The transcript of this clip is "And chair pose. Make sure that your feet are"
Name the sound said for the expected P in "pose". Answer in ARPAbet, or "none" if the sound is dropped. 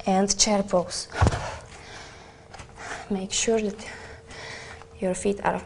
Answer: B